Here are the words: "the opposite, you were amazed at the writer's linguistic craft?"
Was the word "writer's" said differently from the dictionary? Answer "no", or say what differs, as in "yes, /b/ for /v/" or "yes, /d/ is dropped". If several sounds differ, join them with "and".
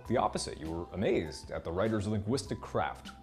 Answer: no